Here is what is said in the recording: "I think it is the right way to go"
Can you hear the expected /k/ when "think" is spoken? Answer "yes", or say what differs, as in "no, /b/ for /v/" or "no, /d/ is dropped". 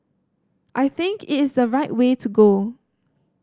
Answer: yes